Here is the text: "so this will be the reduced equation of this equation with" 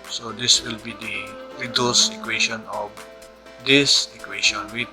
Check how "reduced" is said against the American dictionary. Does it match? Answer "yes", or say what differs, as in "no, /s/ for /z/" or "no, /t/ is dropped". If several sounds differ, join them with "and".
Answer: no, /t/ is dropped